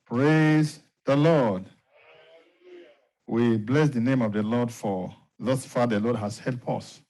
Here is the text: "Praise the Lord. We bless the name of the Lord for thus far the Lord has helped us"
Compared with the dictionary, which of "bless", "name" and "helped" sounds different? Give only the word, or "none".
helped